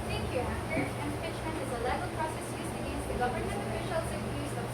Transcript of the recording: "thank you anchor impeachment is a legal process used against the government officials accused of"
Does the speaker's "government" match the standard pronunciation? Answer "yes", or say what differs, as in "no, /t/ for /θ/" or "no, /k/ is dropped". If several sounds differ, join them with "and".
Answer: no, /m/ is dropped and /t/ is dropped